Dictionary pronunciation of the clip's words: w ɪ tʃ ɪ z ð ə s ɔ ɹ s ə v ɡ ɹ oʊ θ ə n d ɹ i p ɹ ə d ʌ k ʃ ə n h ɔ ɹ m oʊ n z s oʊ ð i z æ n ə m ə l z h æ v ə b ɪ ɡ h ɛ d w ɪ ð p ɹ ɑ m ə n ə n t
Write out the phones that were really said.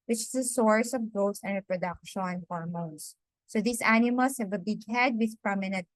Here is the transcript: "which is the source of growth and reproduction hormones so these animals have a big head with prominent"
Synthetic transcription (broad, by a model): w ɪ tʃ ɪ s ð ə s ɔ ɹ s ə v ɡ oʊ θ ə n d ɹ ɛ p ɹ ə d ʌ k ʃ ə n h ɔ ɹ m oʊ n s oʊ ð i s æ n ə m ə l s h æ v ə b ɪ ɡ h ɛ d w ɪ ð p ɹ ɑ m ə n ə n t